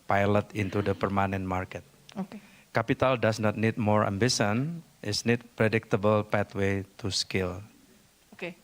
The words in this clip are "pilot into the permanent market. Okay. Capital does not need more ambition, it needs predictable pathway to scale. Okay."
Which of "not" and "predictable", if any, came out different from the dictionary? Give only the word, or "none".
none